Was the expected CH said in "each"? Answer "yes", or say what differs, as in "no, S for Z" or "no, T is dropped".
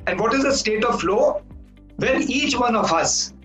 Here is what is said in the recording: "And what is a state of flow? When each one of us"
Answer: yes